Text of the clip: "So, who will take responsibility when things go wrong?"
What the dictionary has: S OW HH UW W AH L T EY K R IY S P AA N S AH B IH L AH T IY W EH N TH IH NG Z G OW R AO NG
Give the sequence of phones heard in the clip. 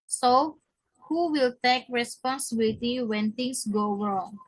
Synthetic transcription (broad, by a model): S OW HH UW W AH L T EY K R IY S P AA N S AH B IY L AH T IY W EH N T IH NG S G OW R AO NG